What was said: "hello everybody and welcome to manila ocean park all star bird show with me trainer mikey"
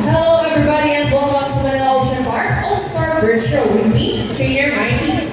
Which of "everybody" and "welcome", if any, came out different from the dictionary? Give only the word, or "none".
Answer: welcome